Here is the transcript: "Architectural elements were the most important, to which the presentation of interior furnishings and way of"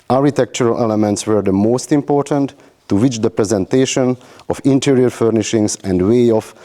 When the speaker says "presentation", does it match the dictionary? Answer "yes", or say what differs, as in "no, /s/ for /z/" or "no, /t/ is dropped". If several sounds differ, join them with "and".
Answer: yes